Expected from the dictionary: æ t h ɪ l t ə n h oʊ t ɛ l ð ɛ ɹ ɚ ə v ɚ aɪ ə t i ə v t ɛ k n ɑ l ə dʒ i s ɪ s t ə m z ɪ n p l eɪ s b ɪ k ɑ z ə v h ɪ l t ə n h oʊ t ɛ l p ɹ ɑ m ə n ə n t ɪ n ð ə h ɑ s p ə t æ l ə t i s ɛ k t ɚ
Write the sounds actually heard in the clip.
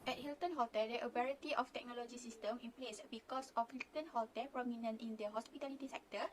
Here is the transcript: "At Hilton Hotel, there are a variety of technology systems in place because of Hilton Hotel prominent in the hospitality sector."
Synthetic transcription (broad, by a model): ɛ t h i l t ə n h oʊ t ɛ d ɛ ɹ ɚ ə b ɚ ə t i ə f t ɛ k n ɑ l ə dʒ i s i s t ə m ɪ n p l eɪ s b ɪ k ɑ s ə f h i l t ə n h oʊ t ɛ p ɹ ɑ m ə n ə n t ɪ n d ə h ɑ s p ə t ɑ l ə t i s ɛ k t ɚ